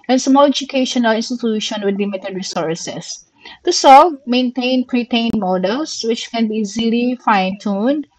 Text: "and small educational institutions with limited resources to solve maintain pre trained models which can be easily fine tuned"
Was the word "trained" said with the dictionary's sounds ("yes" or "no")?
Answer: no